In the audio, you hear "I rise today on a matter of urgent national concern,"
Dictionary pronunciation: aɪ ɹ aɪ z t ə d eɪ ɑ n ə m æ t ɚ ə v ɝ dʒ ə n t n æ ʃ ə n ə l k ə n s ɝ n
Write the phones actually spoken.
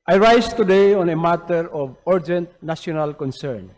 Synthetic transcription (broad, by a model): aɪ ɹ aɪ s t ə d eɪ ɑ n ə m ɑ t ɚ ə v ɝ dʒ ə n t n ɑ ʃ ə n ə l k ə n s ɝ n